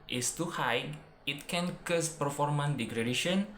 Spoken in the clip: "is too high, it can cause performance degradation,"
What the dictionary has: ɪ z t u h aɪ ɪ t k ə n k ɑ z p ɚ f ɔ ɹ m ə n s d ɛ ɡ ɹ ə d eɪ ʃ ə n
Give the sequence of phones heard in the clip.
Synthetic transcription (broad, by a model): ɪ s t u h aɪ ɪ t k ə n k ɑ s p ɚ f ɔ ɹ m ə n d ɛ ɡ ɹ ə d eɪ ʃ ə n